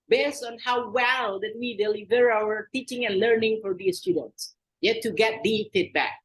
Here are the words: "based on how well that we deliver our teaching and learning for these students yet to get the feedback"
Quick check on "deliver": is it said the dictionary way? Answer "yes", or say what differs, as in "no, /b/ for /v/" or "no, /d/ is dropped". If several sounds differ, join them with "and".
yes